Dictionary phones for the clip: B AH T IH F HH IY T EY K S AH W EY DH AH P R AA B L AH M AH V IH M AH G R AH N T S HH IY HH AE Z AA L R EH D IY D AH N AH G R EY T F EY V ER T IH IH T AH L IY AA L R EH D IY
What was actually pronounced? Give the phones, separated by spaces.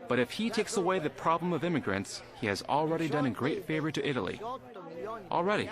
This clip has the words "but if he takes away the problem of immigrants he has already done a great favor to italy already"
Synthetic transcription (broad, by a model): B AH T IH F HH IY T EY K S AH W EY DH AH P R AA B L AH M AH V IH M AH G R AH N T S HH IY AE Z L R EH D IY D AH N AH G R EY T F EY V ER T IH IH T L IY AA L R EH D IY